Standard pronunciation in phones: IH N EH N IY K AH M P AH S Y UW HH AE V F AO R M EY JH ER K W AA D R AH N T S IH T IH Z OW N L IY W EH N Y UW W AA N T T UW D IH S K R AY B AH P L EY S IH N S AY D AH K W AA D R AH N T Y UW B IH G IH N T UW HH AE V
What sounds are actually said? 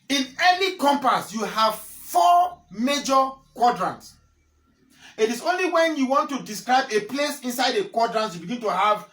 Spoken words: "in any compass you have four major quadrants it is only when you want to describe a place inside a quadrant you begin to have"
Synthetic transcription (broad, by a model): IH N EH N IY K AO M P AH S Y UW HH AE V F AO M EY JH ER K W AA D R AH N T S IH T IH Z OW N L IY W EH N Y UW W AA N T T UW D IH S K R AY B AH P L EY S IH N S AY D AH K W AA D R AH N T Y UW B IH G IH N T UW HH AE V